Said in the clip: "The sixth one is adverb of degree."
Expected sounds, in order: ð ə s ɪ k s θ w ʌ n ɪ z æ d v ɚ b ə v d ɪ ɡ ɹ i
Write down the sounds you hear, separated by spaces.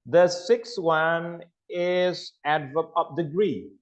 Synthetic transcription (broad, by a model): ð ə s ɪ k s w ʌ n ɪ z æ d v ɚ ə p d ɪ ɡ ɹ i